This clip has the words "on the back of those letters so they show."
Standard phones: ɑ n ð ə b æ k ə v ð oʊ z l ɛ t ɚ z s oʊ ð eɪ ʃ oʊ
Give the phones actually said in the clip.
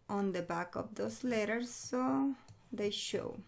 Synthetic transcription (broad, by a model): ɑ n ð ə b æ k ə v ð oʊ s l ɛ t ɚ s oʊ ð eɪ ʃ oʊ